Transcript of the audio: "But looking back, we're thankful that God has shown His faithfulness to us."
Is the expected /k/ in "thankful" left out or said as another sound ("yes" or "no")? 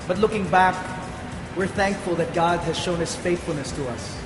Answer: no